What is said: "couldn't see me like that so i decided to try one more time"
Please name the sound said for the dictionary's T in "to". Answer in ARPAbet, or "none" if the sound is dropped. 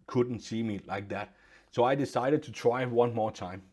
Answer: T